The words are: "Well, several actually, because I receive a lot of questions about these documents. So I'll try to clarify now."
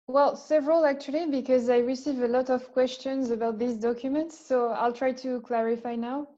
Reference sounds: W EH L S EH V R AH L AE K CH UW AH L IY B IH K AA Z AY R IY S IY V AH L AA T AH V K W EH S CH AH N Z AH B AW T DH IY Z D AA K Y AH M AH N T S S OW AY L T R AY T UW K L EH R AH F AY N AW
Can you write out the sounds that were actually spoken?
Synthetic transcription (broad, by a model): W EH L S EH V R AH L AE K CH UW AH L IY B IH K AA Z AY R IY S IY V AH L AA T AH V K W EH S CH AH N Z AH B AW T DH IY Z D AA K Y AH M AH N T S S OW AY L T R AY T UW K L EH R AH F AY N AW